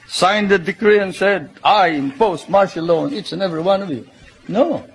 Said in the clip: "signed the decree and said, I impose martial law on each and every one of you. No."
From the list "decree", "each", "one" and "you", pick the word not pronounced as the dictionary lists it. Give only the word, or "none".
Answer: each